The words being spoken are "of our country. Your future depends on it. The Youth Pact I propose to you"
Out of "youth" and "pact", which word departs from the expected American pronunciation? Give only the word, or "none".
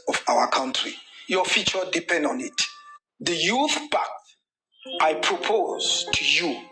pact